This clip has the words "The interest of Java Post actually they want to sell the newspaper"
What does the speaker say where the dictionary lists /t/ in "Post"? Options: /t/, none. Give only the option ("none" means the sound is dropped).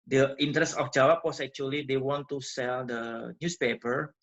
none